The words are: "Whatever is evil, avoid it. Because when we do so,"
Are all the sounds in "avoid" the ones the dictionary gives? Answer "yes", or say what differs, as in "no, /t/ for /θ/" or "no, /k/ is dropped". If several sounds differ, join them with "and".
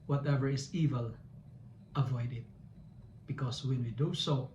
yes